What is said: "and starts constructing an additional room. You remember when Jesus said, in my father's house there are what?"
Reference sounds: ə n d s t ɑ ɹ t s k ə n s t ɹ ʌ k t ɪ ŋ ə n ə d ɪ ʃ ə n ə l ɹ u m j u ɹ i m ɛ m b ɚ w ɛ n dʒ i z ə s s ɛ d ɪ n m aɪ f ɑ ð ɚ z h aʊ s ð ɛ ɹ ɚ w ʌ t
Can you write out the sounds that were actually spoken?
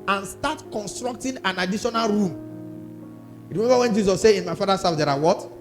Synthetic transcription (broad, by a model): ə n s t ɑ t k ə n s t ɹ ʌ k t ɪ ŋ ə n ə d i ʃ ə n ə l ɹ u m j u ɹ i m ɛ m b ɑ w ɛ n dʒ i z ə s s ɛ ɪ n m aɪ f ɑ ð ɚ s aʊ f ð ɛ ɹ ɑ w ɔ t